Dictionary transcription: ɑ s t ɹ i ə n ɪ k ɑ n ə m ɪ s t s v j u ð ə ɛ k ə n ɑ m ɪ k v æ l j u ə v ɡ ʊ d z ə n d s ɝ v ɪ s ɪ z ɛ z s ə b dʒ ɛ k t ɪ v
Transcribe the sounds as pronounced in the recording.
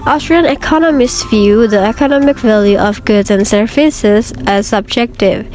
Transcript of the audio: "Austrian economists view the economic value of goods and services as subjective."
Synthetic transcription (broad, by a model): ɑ s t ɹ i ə n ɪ k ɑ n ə m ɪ s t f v j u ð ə ɛ k ə n ɑ m ɪ k v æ l j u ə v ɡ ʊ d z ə n s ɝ f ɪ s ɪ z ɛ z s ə b dʒ ɛ k t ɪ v